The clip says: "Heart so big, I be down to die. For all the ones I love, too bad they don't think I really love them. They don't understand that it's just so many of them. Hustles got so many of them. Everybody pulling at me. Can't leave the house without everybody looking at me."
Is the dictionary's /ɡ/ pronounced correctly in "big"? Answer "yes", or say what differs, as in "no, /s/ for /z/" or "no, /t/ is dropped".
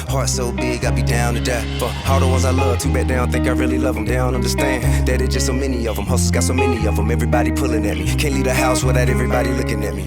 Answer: yes